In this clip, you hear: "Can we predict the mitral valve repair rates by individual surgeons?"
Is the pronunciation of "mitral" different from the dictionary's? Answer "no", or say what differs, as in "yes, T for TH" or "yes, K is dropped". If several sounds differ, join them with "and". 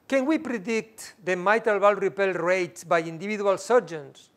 yes, R is dropped